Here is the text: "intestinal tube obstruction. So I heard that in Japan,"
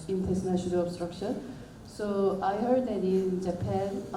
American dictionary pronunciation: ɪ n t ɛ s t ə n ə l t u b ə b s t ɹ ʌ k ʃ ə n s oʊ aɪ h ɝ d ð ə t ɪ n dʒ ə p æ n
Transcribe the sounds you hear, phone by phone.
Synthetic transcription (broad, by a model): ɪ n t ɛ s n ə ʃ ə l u ə b s t ɹ ʌ k ʃ ə n s oʊ aɪ h ɝ d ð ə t ɪ n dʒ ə p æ n